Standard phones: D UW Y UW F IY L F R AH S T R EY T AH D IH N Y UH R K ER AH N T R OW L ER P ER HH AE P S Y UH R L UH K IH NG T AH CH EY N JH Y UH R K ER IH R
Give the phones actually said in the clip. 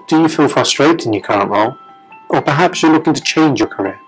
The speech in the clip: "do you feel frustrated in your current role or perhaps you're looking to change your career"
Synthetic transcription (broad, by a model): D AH Y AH F IY L F R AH S T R EY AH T IH N Y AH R K ER AH N T L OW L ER P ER HH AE P S Y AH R L UH K IH NG T AH CH EY N JH Y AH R K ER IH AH